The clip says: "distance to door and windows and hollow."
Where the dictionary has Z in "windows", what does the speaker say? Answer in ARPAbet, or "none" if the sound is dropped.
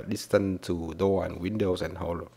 S